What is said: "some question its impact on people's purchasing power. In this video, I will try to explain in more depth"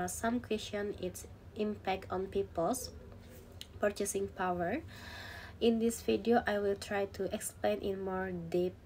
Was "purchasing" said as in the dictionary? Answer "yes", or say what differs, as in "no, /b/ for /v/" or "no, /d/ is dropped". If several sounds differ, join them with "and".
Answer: yes